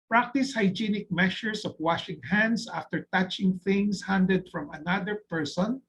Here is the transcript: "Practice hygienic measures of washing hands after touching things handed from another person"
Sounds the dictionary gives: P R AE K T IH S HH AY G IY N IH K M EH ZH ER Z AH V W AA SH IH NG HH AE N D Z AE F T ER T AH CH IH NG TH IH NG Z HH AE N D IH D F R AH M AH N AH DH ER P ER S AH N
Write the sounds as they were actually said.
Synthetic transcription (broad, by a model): P R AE K T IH S HH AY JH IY N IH K M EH SH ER S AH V W AA SH IH NG HH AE N D S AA F T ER T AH CH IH NG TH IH NG S HH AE N D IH D F R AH M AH N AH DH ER P ER S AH N